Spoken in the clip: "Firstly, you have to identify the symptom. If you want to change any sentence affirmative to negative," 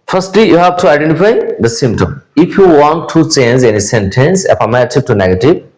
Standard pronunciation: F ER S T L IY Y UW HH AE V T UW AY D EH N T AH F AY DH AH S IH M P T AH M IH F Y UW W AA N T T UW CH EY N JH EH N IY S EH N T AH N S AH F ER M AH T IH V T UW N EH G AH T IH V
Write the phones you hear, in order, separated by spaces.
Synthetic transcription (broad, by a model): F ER S T L IY Y UW HH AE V T UW AY D EH N T AH F AY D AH S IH M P T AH M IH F Y UW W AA N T T UW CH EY N Z EH N IY S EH N T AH N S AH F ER M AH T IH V T UW N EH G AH T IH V